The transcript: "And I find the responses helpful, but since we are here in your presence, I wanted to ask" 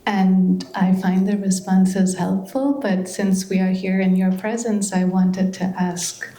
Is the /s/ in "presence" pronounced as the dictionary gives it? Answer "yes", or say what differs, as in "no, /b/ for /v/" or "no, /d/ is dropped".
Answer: yes